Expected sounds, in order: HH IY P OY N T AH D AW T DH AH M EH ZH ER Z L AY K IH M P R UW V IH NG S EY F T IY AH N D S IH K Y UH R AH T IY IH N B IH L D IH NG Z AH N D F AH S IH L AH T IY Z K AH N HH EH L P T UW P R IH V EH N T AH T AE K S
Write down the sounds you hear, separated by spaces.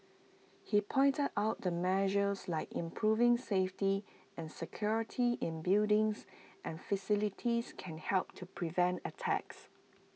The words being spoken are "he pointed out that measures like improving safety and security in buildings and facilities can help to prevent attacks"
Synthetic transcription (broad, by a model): HH IY P OY N T AH D AW T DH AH M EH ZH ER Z L AY K IH M P R UW V IH NG S EY F T IY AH N S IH K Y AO R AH T IY IH N B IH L D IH NG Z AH N F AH S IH L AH T IY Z K AH N HH EH L P T UW P R IH V EH N T AH T AE K S